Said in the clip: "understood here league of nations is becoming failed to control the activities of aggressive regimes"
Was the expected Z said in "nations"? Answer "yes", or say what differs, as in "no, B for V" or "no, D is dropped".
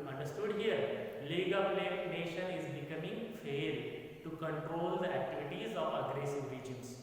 no, Z is dropped